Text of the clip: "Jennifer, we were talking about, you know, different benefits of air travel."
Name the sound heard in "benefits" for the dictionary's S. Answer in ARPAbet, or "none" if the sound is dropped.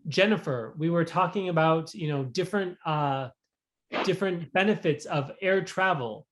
S